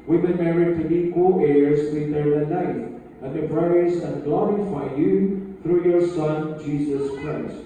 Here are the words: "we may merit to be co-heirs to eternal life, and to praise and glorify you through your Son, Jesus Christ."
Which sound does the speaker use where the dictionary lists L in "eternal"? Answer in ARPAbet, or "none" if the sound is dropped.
N